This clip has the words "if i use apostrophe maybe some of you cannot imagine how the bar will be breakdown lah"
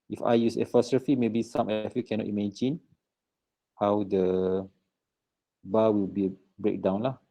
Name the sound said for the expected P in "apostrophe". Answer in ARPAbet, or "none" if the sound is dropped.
F